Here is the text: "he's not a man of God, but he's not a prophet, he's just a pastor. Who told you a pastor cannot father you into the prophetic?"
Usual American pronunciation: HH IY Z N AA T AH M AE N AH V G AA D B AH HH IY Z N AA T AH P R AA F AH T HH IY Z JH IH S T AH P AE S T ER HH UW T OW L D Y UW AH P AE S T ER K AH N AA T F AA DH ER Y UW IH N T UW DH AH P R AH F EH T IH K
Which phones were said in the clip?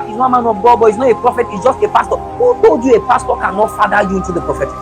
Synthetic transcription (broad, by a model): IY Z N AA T AH M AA N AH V G AA D B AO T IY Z N AA T AH P R AA F AH T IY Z JH IH S T AH P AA S T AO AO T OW D Y UW AH P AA S T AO K AH N AA T F AA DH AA Y UW IH N T UW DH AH P R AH F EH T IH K